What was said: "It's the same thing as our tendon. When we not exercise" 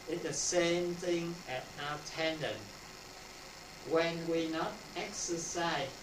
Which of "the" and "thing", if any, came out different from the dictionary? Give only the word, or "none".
none